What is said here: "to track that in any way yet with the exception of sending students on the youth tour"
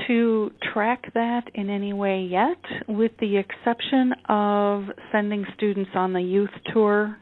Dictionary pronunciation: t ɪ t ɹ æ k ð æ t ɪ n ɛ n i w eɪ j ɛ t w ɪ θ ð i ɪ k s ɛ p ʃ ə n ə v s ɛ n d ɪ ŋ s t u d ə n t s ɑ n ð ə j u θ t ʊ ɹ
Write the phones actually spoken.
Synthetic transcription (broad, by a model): t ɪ t ɹ æ k ð æ t ɪ n ɛ n i w eɪ j ɛ t w ɪ ð i ɪ k s ɛ p ʃ ə n ə v s ɛ n d ɪ ŋ s t u d n t s n ð ə j u θ t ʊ ɹ